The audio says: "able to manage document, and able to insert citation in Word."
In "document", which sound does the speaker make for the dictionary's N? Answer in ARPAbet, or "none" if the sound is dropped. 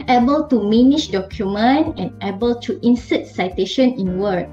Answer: N